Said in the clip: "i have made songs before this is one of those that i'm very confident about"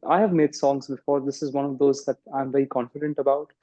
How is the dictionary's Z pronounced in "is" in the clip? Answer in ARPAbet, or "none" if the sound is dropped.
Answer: Z